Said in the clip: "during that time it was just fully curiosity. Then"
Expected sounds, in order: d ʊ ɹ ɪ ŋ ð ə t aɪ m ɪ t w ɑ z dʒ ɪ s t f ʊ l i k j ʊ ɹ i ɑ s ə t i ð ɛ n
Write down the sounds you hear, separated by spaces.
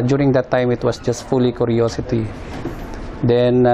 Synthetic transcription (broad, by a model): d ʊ ɹ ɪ ŋ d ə t aɪ m ɪ t w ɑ s dʒ ɪ s t f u l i k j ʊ ɹ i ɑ s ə t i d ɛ n